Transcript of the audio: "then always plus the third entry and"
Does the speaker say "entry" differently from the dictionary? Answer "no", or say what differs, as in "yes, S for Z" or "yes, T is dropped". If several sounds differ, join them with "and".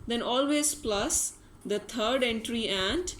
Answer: no